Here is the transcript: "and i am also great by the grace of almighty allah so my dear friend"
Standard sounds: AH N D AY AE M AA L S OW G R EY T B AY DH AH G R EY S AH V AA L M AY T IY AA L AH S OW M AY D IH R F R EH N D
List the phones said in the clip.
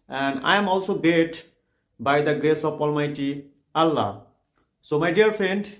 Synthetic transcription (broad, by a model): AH N D AY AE M AA L S OW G EY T B AY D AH G R EY S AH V AA L M AY T IY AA L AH S OW M AY D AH R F R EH N D